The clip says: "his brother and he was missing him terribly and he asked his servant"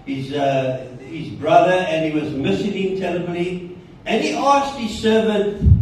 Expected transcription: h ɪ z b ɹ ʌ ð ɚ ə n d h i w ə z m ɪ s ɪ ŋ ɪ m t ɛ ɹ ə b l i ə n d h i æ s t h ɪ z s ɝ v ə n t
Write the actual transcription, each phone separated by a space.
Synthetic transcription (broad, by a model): h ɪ z b ɹ ʌ ð ɚ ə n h i w ə z m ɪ s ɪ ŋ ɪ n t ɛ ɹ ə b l i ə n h i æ s t h ɪ z s ɝ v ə n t